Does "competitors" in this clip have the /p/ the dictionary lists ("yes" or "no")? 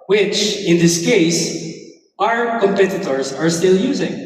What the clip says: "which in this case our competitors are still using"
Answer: yes